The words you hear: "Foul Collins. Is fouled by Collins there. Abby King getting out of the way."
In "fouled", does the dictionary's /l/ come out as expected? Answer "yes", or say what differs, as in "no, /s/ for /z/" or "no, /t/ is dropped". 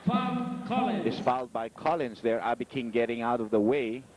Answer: yes